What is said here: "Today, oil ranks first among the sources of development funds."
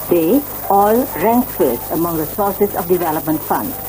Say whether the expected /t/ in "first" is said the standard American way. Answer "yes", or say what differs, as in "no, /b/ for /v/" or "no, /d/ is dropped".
no, /t/ is dropped